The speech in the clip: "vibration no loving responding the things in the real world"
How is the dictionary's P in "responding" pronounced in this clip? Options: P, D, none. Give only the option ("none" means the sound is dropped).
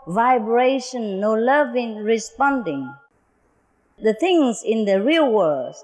P